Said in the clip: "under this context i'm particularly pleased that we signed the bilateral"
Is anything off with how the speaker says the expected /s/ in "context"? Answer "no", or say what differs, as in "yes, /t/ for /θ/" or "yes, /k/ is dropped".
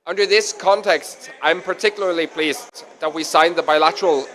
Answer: no